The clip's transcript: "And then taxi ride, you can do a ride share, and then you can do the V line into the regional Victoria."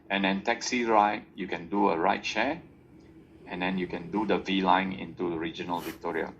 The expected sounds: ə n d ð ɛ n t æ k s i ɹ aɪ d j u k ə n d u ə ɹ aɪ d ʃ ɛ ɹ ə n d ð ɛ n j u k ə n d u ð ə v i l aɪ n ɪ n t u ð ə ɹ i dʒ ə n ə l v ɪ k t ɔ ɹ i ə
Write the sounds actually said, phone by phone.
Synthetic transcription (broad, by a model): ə n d ɛ n t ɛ k s i ɹ aɪ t j u k ə n d u ə ɹ aɪ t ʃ ɛ ə n d ɛ n j u k ə n d u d ə v i l aɪ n ɪ n t u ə ɹ i dʒ ə n ə l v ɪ k t ɔ ɹ i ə